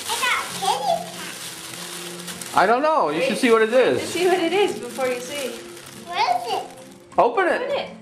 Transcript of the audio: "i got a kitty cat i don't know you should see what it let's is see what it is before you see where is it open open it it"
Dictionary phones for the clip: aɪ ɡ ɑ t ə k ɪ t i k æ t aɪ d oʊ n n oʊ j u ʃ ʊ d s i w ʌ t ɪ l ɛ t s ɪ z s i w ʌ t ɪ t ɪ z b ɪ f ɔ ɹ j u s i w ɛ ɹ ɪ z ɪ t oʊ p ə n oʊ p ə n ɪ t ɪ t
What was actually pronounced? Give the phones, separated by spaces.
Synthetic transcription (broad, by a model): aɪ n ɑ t ə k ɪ t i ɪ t d oʊ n n oʊ j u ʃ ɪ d s i w ʌ t ɪ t ɪ z s i w ʌ t ɪ t ɪ z b ɪ f ɔ ɹ j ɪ s i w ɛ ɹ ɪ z ɪ t oʊ ə p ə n ɪ t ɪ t